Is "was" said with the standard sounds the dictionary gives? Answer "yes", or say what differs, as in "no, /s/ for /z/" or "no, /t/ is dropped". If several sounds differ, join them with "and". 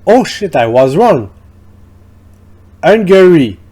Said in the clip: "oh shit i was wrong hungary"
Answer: yes